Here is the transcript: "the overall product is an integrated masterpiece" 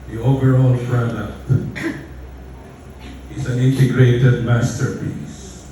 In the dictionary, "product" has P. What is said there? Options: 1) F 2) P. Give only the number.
1